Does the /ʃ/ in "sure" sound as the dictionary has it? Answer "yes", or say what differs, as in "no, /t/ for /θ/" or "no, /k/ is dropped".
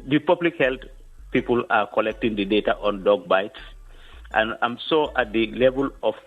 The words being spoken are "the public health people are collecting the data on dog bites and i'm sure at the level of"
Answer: no, /s/ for /ʃ/